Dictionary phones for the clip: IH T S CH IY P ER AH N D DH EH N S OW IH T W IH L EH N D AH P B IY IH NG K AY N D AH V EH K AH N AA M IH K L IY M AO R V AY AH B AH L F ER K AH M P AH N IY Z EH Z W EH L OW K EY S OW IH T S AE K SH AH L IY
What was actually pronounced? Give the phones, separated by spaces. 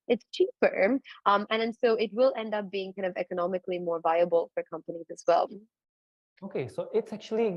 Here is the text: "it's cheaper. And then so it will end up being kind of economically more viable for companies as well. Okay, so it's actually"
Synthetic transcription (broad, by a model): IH T S CH IY P ER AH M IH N N S OW IH T W IH L EH N D AH P B IY IH NG K AY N D AH V EH K AH N AA M IH K L IY M AO R V AY AH B AH L F ER K AH M P AH N IY Z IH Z W EH L OW K EY S OW IH T S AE K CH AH L IY